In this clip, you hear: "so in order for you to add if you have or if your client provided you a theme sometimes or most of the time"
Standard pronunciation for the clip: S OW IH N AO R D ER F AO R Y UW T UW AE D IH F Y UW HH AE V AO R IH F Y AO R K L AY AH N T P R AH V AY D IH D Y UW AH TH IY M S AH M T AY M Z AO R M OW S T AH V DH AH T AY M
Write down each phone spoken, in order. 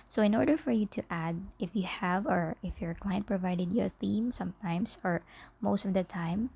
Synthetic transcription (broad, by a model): S OW IH N AO R D ER F AO R Y UW T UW AE D IH F Y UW HH AE V AO R IH F Y AO R K L AY AH N T P R AH V AY D IH D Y AH TH IY M S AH M T AY M S AO R M OW S T AH V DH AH T AY M